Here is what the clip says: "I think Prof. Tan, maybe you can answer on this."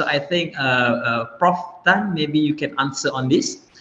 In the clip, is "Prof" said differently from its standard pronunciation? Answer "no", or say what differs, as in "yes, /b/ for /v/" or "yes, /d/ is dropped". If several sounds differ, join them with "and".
no